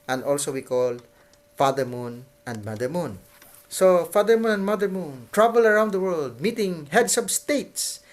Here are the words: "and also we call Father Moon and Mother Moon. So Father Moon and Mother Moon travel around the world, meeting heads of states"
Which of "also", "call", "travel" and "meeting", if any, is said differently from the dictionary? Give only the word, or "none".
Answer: travel